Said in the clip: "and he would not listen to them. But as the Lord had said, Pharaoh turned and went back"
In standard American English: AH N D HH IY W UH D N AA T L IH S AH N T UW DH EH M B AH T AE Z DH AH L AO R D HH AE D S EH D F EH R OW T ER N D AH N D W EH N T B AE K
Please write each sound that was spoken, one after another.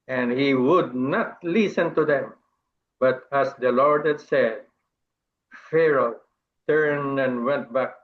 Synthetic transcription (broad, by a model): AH N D HH IY W UH D N AA T L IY S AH N T UW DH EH M B AH T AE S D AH L AO R D HH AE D S EH D F EH R OW T ER N D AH N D W EH N T B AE K